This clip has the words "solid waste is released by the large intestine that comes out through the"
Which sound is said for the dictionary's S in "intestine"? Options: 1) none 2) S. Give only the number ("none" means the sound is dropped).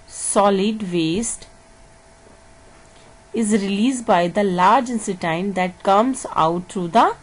1